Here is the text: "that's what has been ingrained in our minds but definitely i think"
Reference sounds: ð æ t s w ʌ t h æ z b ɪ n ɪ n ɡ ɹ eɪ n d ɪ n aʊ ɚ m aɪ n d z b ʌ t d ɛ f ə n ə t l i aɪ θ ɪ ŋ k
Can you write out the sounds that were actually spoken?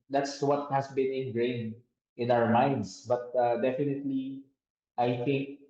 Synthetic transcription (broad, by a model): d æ t s w ʌ t h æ s b ɪ n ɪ n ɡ ɹ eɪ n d ɪ n aʊ ɚ m aɪ n d s b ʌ t d ɛ f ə n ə t l i aɪ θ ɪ ŋ k